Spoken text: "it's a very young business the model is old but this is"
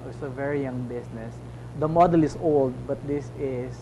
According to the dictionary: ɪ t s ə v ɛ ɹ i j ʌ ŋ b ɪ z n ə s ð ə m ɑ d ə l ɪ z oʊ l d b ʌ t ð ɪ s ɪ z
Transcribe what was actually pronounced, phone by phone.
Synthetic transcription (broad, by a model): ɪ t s ə v ɛ ɹ i j ʌ ŋ b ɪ s n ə s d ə m ɑ d ə l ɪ s oʊ l d b ʌ t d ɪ s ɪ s